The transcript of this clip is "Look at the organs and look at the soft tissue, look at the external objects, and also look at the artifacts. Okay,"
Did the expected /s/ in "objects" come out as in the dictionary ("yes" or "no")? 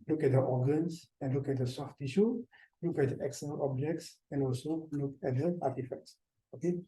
yes